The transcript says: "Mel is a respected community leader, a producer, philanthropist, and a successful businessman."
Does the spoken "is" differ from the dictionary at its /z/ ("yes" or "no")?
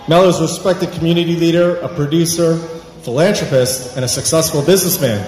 no